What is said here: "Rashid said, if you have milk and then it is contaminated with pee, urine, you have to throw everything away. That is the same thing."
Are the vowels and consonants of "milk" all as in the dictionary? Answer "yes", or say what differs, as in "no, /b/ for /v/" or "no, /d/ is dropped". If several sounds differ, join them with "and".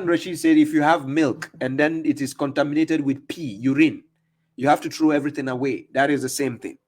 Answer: yes